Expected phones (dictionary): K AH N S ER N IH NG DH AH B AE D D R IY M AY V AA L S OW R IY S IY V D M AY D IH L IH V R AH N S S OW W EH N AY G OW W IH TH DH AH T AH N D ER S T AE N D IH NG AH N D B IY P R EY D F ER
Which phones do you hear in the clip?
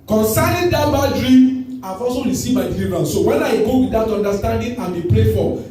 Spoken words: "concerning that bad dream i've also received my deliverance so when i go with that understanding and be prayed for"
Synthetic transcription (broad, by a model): K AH N S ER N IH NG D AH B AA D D R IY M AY F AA S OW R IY S IY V M AY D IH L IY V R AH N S S OW W EH N AY G OW W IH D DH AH T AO N D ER S T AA N D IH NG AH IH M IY P R EY F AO